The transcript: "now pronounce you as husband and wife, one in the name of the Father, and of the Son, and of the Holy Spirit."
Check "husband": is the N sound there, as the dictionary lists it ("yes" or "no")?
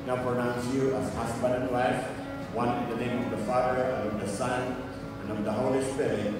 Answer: no